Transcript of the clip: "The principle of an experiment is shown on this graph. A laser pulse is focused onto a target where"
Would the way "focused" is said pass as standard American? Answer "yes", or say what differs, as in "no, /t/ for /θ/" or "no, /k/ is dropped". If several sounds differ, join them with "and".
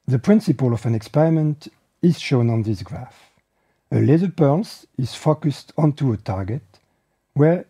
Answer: yes